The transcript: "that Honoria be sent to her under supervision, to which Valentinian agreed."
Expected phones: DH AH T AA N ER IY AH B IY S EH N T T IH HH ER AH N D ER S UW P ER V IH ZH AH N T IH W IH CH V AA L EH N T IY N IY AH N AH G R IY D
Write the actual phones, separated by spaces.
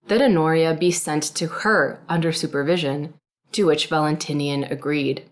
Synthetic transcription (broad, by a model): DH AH T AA N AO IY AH B IY S EH N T T IH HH ER AH N D ER S UW P ER V IH ZH AH N T IH W IH CH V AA L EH N T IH N IY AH N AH G R IY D